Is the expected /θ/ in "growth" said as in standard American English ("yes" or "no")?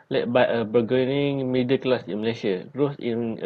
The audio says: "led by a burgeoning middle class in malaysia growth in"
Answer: no